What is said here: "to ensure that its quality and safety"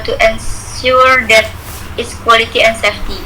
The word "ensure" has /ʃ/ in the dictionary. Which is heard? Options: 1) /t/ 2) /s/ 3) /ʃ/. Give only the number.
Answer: 2